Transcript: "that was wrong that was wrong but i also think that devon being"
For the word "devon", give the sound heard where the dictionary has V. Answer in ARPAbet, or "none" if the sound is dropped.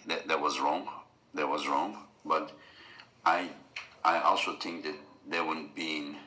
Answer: W